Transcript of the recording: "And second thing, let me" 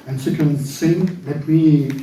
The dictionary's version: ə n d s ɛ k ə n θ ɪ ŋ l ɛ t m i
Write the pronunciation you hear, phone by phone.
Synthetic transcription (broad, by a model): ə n s ɛ k ə n s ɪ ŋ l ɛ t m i